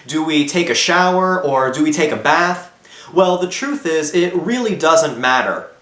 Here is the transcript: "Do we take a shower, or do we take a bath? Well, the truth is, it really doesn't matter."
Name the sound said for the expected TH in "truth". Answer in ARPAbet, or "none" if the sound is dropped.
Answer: TH